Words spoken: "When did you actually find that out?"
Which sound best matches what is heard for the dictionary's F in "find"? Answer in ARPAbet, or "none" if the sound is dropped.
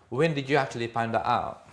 P